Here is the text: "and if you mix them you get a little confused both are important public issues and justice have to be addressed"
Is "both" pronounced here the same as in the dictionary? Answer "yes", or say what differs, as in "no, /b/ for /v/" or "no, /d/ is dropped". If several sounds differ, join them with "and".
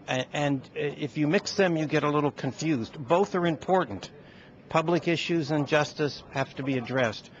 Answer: yes